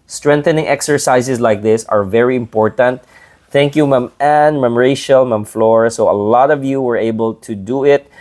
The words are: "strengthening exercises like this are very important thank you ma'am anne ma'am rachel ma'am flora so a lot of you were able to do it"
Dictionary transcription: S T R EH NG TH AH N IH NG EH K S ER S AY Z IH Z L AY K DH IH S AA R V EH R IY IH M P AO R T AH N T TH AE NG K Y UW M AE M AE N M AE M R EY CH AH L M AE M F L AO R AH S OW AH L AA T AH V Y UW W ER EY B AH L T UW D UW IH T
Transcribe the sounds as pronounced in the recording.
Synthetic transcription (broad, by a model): S T R EH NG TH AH N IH NG EH K S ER S AY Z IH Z L AY K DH IH S AA R V EH R IY IH M P AO R T AH N T TH AE NG K Y UW M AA M AE N M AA M R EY SH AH L M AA M F L AO R S OW AH L AA T AH V Y UW W ER EY B AH L T UW D UW IH T